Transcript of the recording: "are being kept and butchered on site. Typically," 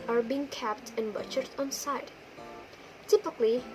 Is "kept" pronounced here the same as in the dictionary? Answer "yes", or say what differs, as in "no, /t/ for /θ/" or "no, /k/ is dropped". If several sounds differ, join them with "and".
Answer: yes